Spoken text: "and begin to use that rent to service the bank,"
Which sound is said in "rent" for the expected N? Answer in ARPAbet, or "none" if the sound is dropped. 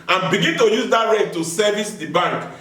none